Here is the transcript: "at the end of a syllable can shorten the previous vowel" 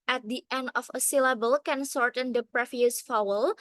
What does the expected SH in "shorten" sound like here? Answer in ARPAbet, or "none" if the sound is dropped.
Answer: S